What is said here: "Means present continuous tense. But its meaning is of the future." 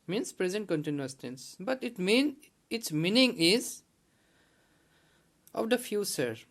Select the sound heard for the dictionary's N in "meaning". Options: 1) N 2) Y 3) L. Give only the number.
1